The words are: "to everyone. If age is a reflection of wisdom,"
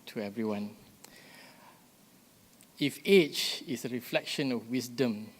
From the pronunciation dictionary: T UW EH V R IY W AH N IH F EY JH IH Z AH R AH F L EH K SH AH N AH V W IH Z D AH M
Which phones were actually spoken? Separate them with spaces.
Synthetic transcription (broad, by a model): T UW EH V R IY W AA N IH F EY CH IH S AH R AH F L EH K SH AH N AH F W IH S D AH M